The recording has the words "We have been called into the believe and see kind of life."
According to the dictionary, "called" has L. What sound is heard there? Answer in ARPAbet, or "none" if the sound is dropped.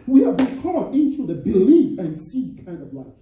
none